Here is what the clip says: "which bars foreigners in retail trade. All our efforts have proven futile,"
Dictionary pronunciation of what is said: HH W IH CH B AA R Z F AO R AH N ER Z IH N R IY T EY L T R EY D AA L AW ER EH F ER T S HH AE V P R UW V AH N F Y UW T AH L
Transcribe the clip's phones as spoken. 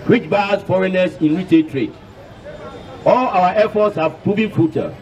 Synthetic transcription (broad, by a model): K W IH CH B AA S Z F AO R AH N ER S IH N W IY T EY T R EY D AA L AW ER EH F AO T S HH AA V P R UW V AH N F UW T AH